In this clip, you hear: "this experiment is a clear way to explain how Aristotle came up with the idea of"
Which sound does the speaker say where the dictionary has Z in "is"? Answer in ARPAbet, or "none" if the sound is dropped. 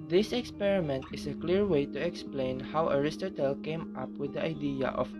S